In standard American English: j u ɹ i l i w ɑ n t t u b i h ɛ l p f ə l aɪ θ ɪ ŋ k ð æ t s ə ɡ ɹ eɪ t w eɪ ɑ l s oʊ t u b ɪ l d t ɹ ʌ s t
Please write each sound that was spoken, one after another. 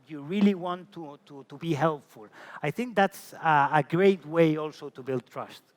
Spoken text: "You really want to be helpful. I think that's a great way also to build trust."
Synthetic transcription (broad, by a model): j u ɹ i l i w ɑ n t t u b i h ɛ l p f ə l aɪ θ ɪ ŋ k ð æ t s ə ɡ ɹ eɪ t w eɪ ɑ l s oʊ t u b ɪ l d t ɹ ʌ s t